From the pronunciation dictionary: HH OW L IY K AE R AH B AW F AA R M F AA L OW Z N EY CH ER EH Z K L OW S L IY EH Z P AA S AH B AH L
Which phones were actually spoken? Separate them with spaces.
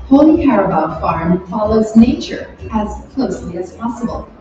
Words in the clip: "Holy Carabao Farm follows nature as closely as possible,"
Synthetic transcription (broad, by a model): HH OW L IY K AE R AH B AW F AA R M F AA L OW Z N EY CH ER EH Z K L OW S L IY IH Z P AA S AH B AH L